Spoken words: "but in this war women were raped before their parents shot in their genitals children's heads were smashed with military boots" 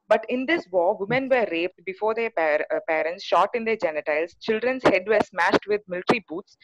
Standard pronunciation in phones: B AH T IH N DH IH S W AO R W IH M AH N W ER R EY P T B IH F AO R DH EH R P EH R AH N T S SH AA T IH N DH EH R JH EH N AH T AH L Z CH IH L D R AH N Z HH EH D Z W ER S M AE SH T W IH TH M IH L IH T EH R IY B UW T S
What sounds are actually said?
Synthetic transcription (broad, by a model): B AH T IH N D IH S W AO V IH M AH N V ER R EY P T B IH F AO R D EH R P EH R AH N T S SH AA T IH N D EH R JH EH N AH T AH L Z CH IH L D R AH N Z HH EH D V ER S M AE SH T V IH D M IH L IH T R IY B UW T S